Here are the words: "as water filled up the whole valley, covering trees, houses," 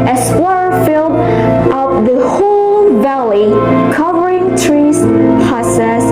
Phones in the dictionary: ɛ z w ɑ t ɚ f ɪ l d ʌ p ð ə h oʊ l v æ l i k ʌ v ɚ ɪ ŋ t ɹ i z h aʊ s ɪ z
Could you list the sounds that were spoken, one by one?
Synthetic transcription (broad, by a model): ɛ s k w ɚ f ɪ l d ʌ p ð ə h oʊ l v æ l i k ʌ v ɚ ɪ ŋ t ɹ i z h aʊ s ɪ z